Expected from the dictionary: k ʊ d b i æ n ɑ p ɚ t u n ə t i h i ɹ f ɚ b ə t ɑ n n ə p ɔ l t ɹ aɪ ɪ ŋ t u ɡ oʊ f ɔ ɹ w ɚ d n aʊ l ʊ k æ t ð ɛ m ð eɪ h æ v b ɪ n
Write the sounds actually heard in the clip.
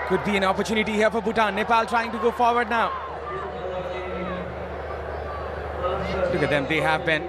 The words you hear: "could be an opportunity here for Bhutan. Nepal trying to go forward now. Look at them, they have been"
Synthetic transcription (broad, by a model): k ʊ d b i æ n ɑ p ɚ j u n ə t i h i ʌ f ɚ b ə t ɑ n n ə p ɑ l t ɹ aɪ ɪ ŋ t u ɡ oʊ f ɔ ɹ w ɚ d n aʊ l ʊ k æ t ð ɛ m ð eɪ h æ v b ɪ n